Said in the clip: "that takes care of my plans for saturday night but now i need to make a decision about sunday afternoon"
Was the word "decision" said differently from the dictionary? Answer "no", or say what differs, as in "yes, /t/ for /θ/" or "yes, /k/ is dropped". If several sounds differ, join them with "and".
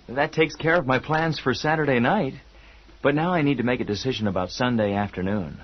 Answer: no